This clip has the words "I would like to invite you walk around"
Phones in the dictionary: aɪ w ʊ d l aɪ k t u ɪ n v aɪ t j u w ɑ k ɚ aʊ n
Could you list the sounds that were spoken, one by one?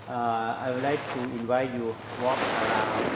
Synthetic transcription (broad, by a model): aɪ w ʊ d l aɪ k t u ɪ n v aɪ t j u w ɑ k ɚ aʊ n